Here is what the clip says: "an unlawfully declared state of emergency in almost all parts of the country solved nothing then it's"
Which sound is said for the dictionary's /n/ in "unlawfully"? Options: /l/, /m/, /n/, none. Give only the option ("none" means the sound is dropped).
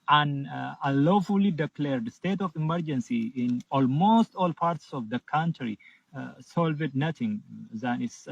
none